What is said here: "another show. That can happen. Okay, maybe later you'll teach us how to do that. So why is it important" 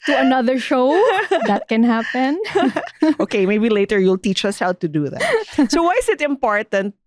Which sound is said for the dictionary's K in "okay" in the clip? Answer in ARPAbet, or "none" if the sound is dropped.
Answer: K